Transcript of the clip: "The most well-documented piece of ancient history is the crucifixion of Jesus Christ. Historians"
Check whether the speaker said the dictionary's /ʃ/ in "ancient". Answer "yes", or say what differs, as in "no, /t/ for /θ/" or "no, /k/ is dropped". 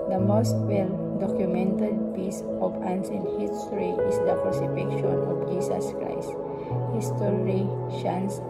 no, /s/ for /ʃ/